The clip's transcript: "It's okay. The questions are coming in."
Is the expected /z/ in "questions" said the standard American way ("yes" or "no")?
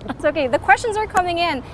yes